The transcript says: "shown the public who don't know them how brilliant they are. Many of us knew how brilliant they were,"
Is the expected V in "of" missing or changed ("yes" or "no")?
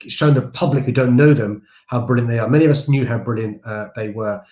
no